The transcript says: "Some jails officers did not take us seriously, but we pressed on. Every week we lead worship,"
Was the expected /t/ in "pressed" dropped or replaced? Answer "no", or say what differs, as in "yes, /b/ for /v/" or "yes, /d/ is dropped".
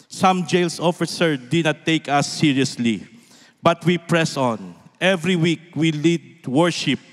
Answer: yes, /t/ is dropped